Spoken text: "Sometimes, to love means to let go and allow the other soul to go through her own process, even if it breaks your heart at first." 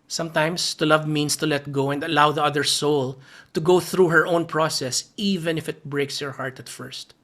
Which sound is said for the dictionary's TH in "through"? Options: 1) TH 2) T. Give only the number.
1